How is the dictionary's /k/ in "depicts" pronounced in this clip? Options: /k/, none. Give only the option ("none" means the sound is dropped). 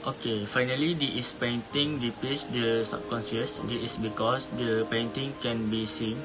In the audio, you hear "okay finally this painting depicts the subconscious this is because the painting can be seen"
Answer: none